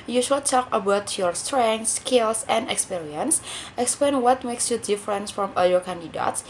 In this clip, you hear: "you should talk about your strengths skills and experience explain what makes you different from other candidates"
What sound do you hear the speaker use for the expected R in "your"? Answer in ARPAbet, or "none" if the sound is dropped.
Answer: R